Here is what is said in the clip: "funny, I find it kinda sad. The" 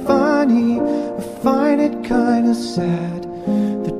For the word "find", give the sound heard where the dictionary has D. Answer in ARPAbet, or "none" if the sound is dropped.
none